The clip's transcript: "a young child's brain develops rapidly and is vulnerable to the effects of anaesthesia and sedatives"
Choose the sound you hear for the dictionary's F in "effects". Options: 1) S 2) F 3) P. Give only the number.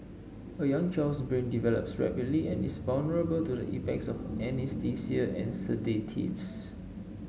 3